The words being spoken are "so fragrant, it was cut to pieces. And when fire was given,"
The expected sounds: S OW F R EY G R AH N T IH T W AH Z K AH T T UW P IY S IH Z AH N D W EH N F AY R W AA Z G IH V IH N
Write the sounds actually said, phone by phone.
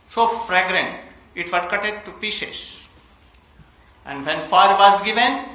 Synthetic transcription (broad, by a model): S OW F R EY G R AH N T IH T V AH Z K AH T T UW P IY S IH S AH N D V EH N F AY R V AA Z G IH V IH N